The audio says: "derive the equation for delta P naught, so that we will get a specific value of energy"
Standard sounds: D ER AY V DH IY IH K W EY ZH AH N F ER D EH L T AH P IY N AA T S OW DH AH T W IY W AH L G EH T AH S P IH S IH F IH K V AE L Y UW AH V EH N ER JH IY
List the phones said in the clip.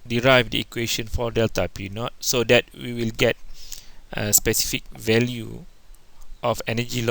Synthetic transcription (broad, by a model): D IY AY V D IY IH K W EY SH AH N F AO D EH L T AH P IY N AA T S OW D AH T W IY W AH L G EH T AH S P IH S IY F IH K V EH L Y UW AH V EH N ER JH IY